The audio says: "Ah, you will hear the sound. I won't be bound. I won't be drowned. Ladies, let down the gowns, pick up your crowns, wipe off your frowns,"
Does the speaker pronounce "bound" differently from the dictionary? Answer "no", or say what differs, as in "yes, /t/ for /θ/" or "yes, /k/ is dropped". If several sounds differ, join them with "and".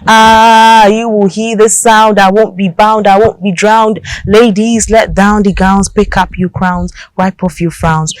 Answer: no